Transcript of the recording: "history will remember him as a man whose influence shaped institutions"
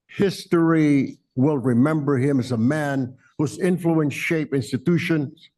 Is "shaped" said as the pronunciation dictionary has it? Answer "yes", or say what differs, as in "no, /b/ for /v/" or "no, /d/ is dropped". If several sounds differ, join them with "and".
no, /t/ is dropped